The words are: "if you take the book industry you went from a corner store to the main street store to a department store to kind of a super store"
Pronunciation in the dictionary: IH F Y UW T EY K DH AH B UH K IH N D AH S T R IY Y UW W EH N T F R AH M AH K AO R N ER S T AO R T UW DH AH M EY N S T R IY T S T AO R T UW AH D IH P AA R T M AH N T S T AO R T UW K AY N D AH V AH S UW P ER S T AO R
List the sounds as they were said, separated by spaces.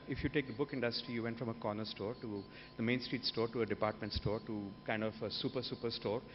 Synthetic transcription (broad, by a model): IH F Y UW T EY K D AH B UH K IH N D AH S T R IY Y UW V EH N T F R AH M AH K AO R N ER S T AO R T UW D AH M EY N S T R IY T S T AO R T UW AH D IH P AA R T M AH N T S T AO R T UW K AY N D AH P AH S UW P ER S T AO R